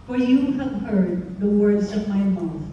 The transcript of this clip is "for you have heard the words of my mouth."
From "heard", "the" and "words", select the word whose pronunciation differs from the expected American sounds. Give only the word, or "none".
none